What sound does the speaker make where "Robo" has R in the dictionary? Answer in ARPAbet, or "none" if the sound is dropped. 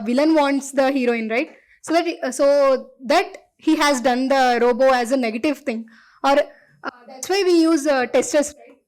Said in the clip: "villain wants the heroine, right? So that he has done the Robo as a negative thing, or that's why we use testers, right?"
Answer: R